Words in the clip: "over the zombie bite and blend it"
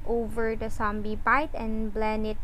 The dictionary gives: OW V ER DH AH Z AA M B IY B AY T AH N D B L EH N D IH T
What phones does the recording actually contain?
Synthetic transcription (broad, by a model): OW V ER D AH S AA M B IY B AY T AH N B L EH N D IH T